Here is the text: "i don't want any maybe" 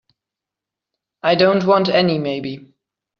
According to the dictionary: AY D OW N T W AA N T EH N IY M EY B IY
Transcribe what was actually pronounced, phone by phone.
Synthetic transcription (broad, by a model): AY D OW N T W AA N T EH N IY M EY B IY